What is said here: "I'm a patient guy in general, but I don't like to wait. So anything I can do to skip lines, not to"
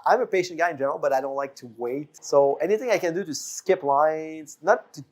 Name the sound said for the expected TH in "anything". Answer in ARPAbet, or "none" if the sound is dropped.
TH